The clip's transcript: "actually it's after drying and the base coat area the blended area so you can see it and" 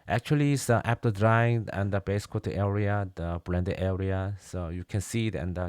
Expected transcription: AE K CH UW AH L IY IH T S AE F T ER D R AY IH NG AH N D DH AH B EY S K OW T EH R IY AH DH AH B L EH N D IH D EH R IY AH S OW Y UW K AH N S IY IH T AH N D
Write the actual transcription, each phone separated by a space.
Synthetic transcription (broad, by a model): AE K CH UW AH L IY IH T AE P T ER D R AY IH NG AH N D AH B EY S K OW T EH R IY AH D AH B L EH N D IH EH R IY AH S OW Y UW K AH N S IY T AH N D